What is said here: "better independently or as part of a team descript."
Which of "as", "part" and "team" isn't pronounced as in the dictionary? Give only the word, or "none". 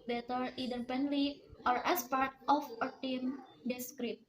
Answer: as